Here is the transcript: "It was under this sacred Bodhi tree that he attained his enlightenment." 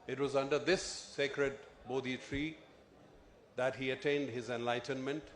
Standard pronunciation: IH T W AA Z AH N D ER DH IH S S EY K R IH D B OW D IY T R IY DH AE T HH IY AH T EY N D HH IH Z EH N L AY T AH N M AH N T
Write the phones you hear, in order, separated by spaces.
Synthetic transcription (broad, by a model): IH T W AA Z AH N D ER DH IH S S EY K R IH D B OW D IY T R IY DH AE T HH IY AH T EY N D HH IH Z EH N L AY T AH N M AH N T